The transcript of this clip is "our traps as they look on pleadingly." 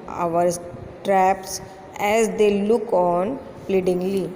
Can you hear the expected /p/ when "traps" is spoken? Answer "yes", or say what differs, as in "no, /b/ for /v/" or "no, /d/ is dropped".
yes